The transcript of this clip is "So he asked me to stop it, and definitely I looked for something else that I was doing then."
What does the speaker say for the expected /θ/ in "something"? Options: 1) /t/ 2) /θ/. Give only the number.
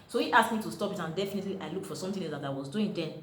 1